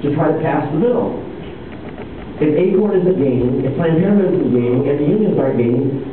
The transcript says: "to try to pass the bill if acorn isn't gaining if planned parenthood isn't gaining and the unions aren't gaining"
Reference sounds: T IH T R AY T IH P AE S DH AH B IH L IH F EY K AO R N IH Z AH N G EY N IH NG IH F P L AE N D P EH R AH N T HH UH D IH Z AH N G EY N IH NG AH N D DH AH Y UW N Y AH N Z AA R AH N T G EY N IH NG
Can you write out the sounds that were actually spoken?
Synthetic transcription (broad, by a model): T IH T R AY T IH P AE S DH AH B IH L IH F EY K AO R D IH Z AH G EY IH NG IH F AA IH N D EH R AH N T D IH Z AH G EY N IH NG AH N DH AH Y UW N Y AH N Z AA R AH T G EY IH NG